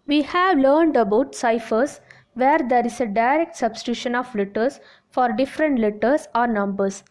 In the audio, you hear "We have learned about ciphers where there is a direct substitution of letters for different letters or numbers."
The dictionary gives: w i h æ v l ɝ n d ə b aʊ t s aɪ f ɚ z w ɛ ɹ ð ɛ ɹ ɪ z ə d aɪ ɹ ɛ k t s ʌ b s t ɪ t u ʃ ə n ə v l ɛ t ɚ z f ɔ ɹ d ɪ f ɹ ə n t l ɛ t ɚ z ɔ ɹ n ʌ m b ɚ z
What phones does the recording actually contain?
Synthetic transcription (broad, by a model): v i h æ v l ɝ n d ə b aʊ t s aɪ f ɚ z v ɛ ɹ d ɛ ɹ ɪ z ə d aɪ ɹ ɛ k t s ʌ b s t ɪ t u ʃ ə n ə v l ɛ t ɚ s f ɔ ɹ d ɪ f ɹ ə n t l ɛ t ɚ s ɔ ɹ n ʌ m b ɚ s